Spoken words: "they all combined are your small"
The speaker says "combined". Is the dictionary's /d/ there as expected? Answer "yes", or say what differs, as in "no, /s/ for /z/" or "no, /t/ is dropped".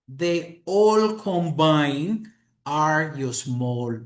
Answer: no, /d/ is dropped